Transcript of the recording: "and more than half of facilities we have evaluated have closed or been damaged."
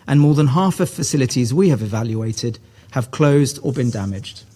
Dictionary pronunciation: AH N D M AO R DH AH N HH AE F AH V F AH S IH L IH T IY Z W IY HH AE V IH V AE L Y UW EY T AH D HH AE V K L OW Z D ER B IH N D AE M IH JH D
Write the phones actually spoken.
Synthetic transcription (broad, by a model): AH N M AO DH AH N HH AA F AH V F AH S IH L IH T IY Z W IY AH V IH V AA L Y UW EY T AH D HH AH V K L OW Z D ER B IH N D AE M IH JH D